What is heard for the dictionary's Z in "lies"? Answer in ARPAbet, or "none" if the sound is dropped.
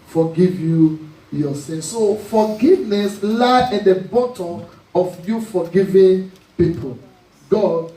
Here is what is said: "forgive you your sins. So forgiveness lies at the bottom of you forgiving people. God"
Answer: none